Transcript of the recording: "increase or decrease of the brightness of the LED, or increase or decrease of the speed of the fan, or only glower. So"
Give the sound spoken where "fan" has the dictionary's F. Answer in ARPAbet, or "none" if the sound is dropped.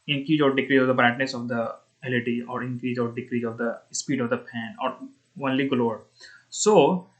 P